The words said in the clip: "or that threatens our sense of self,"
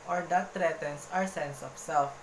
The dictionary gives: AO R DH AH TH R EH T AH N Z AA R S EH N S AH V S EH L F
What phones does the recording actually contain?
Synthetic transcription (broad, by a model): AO R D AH T R EH T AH N S AA R S EH N S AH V S EH L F